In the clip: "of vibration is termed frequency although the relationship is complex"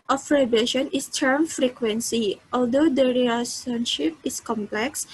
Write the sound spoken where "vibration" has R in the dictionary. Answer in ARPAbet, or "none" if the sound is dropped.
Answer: none